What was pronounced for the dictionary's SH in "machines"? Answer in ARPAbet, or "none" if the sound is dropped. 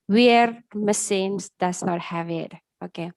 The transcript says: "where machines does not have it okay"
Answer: S